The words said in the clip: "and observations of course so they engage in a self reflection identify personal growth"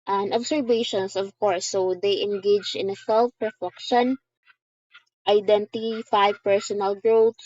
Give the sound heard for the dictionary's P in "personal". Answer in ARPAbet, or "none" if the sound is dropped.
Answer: P